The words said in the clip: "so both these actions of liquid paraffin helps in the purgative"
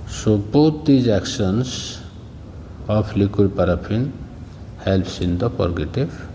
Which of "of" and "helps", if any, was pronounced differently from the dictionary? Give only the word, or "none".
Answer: of